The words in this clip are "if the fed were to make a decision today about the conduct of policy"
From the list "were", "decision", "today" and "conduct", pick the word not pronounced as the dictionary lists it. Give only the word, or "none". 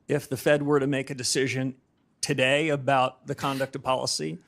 none